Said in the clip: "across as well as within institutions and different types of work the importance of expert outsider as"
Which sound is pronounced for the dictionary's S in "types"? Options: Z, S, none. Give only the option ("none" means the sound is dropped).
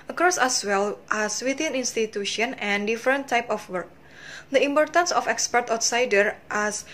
none